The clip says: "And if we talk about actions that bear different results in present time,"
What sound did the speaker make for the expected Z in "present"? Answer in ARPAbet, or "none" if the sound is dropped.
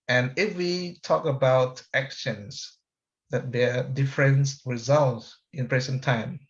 S